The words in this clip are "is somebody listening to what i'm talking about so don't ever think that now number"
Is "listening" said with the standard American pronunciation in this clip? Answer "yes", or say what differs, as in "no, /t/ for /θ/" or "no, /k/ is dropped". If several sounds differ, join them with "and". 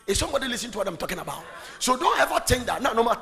no, /n/ is dropped